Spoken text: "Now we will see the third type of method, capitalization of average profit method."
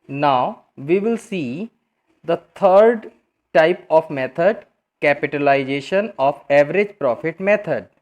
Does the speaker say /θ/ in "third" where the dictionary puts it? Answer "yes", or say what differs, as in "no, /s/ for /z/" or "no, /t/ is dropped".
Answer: no, /t/ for /θ/